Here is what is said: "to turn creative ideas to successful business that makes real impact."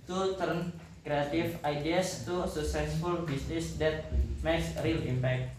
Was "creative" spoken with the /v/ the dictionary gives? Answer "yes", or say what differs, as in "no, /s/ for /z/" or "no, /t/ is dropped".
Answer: no, /f/ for /v/